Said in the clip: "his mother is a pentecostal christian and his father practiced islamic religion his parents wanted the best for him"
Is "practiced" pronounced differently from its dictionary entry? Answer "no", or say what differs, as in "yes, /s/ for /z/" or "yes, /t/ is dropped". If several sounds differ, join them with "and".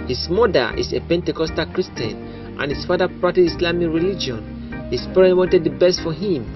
yes, /k/ is dropped and /s/ is dropped